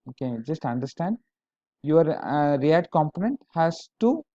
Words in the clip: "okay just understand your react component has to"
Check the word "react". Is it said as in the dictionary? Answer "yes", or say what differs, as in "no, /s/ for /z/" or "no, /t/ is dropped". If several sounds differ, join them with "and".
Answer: no, /k/ is dropped